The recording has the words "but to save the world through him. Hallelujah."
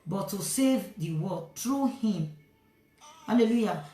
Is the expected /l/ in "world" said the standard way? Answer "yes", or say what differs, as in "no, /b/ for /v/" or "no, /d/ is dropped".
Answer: no, /l/ is dropped